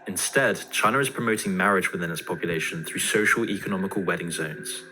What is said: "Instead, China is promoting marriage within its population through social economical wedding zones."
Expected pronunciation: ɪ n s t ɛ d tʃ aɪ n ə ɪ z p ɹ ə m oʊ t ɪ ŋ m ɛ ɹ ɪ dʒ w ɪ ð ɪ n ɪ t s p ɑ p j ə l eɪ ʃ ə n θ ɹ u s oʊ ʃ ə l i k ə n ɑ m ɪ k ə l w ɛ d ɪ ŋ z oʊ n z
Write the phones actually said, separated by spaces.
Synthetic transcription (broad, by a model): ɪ n s t ɛ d tʃ aɪ n ə ɪ z p ɹ ə m oʊ t ɪ ŋ m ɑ ɹ ɪ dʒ w ɪ ð ɪ n ɪ t s p ɑ p j ə l eɪ ʃ ə n θ ɹ u s oʊ ʃ ə l i k ə n ɑ m ɪ k ə l w ɛ d ɪ ŋ z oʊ n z